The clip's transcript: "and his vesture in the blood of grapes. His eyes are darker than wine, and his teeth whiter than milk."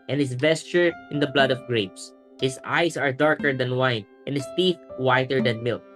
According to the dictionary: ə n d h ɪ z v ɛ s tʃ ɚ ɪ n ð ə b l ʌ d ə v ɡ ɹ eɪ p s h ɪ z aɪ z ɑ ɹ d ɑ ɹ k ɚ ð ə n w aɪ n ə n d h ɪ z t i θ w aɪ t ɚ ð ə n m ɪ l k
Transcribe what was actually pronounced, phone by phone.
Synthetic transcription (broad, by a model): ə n h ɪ s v ɛ s tʃ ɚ ɪ n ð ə b l ʌ d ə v ɡ ɹ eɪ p s h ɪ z aɪ s ɑ ɹ d ɑ ɹ k ɚ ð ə n w aɪ n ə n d h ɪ s t i θ w aɪ t ɚ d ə n m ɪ l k